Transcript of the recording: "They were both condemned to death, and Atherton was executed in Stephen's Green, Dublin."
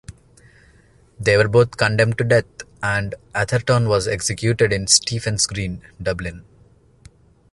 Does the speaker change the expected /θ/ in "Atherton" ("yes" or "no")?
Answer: yes